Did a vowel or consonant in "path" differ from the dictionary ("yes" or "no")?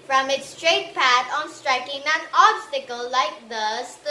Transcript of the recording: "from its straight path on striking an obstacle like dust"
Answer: yes